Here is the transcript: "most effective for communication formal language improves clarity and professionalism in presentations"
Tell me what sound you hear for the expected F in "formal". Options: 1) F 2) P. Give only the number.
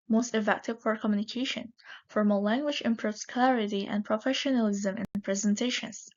1